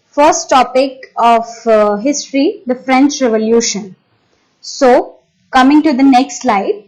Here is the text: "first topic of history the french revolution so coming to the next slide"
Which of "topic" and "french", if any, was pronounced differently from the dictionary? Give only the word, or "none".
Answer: none